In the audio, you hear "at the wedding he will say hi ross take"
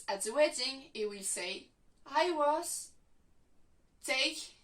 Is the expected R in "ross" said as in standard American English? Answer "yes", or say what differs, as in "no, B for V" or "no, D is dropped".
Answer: no, W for R